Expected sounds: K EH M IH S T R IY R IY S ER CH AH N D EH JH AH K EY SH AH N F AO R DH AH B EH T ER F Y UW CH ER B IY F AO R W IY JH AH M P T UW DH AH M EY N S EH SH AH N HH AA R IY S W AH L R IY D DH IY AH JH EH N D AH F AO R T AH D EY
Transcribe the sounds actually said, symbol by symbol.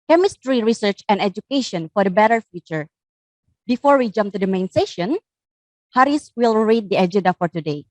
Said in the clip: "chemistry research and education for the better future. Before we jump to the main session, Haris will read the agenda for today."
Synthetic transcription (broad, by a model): K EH M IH S T R IY R IY S ER CH AH N D EH JH AH K EY SH AH N F AO R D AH B EH T ER F Y UW CH ER B IY F AO R W IY JH AH M P T UW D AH M EY N S EH SH AH N HH AA R IY S W AH L R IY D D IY AH JH EH N D AH F AO R T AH D EY